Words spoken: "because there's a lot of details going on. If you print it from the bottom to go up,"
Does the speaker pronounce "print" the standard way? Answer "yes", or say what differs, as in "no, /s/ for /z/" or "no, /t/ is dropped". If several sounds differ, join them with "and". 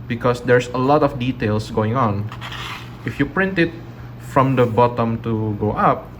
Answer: yes